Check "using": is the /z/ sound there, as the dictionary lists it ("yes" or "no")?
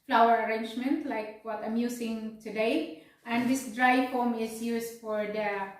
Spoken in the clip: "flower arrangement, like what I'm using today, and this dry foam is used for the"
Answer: no